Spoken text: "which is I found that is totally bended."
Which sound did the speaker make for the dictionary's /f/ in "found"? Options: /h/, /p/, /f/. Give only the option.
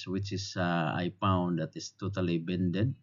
/p/